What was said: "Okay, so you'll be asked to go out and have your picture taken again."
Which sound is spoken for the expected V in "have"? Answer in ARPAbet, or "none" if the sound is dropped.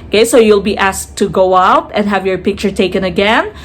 V